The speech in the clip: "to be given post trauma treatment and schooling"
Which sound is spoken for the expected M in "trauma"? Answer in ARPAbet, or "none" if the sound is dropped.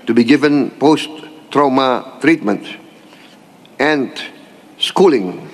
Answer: M